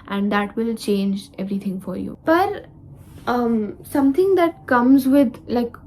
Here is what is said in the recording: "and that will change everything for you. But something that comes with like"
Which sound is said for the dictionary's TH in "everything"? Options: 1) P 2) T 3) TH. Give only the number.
2